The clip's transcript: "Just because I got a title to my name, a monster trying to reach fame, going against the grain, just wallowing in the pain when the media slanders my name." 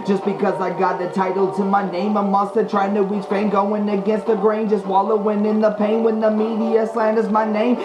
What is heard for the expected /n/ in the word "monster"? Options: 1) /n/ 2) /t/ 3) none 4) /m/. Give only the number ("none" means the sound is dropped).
3